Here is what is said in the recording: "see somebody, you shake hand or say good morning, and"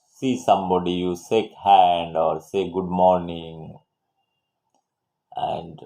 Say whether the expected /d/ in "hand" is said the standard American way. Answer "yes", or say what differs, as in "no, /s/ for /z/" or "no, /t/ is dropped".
yes